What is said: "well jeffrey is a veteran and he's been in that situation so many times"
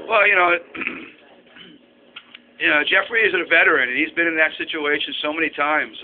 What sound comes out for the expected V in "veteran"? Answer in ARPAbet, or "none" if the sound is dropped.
V